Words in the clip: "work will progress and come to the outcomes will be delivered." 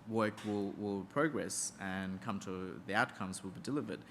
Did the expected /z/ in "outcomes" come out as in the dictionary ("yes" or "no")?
yes